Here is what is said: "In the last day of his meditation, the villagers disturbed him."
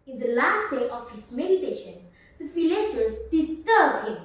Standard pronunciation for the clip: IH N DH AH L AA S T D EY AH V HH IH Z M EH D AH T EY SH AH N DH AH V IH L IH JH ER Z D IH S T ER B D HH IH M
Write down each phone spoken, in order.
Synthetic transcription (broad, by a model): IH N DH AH L AA S T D EY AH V HH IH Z M EH D AH T EY SH AH N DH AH F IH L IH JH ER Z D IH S T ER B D HH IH M